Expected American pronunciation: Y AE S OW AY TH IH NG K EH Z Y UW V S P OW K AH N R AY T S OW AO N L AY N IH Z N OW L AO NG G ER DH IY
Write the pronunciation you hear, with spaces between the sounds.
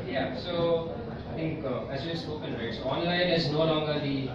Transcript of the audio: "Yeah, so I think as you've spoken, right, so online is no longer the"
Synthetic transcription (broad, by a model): Y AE S OW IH T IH NG K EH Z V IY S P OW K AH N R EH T S OW AO N L AY N IH Z N OW L AO NG G ER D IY